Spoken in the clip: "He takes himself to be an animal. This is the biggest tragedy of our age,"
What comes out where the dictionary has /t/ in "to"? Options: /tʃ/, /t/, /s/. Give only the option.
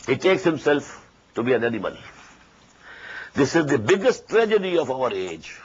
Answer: /t/